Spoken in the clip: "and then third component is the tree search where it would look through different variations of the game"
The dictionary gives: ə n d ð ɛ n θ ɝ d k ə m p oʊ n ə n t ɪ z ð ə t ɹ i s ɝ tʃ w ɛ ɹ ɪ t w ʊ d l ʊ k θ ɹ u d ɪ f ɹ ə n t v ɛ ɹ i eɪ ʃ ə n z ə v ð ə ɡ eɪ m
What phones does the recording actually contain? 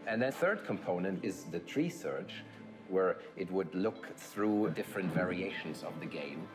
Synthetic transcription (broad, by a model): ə n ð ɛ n θ ɝ d k ə m p oʊ n ə n t ɪ z ð ə t ɹ i s ɝ tʃ w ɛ ɹ ɪ t w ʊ d l ʊ k θ ɹ u d ɪ f ɹ ə n t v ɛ ɹ i eɪ ʃ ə n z ə v ð ə ɡ eɪ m